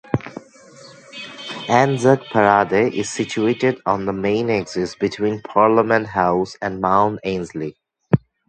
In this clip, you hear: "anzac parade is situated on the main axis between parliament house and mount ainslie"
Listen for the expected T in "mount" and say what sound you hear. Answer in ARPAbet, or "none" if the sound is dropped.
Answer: none